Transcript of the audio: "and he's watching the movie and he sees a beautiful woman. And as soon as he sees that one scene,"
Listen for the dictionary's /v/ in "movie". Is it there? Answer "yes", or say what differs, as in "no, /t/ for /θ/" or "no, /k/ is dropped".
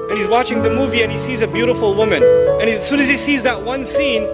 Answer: yes